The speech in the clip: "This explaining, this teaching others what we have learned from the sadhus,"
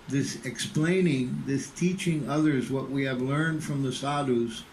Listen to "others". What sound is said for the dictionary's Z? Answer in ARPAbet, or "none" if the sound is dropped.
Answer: Z